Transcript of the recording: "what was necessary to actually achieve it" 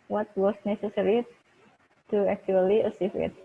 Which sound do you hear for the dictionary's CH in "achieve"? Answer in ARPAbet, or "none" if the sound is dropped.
S